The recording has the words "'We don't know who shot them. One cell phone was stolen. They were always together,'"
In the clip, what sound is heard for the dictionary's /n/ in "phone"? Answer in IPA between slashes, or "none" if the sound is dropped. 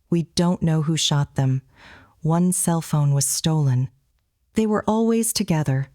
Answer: /n/